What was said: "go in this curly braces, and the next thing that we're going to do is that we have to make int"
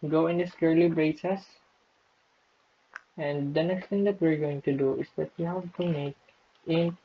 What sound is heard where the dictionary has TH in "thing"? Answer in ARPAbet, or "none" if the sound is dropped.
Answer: T